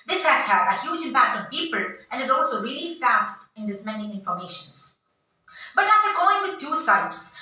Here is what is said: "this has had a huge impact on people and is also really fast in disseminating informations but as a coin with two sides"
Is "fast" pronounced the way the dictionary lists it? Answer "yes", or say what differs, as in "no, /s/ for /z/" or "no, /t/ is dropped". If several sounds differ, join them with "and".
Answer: yes